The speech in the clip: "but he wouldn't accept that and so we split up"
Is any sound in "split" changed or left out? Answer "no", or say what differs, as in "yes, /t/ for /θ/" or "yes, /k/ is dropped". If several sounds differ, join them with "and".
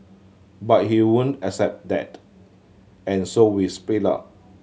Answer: yes, /l/ is dropped